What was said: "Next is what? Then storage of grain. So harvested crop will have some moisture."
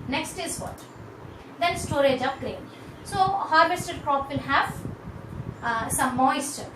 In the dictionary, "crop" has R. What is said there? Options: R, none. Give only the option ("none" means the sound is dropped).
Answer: R